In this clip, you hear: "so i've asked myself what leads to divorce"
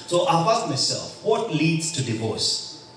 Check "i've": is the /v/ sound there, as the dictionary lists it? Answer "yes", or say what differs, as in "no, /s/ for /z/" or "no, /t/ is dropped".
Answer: no, /f/ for /v/